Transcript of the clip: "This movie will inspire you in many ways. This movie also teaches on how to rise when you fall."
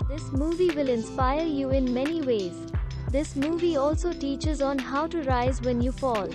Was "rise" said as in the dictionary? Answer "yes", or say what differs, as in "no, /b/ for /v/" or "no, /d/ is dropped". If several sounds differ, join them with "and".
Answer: yes